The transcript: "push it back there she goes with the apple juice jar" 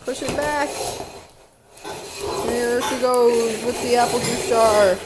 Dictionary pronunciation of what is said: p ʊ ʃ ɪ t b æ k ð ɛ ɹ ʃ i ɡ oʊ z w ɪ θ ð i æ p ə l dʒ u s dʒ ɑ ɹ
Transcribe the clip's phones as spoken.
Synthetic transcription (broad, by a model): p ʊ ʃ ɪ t b æ k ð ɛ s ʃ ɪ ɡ oʊ w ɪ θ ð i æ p l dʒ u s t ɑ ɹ